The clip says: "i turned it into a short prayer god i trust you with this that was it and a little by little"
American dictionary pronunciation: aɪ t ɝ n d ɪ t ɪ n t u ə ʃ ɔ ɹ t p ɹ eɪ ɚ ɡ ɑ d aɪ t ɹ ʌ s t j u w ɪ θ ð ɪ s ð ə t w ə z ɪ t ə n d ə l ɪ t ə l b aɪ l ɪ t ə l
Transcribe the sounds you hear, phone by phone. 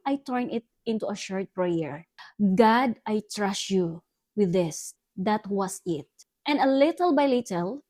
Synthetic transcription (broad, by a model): aɪ t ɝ n ɪ t ɪ n t u ə ʃ ɔ ɹ t p ɹ eɪ ɚ ɡ ɑ d aɪ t ɹ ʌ s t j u w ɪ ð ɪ s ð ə t w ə s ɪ t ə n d ə l ɪ t ə l b aɪ l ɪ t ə l